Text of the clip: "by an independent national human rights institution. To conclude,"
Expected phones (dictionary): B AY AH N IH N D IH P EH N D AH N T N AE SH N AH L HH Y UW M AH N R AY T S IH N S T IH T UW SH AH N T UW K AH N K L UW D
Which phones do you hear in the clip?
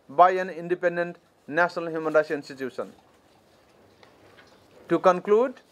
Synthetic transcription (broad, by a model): B AY AH N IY N D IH P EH N D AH N T N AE S N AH L HH Y UW M AH N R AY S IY N S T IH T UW S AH N T UW K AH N K L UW D